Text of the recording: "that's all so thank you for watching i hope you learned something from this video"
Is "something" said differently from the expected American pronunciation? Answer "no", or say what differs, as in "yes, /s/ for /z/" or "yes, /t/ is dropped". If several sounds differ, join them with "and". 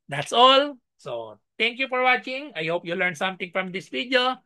yes, /t/ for /θ/